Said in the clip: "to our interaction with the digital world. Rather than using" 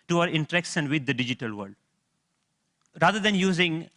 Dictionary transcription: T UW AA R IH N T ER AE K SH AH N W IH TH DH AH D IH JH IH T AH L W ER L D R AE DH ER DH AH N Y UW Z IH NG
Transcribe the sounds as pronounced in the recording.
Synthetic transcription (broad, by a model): T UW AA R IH N T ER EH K S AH N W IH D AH D IH JH IH T AH L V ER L D R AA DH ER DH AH N Y UW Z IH NG